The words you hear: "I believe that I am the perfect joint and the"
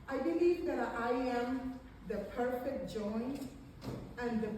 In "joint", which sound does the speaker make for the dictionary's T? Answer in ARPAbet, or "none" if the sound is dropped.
none